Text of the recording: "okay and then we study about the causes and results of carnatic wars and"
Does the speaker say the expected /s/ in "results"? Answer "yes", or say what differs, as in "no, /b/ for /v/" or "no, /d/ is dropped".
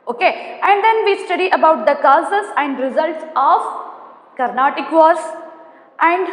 yes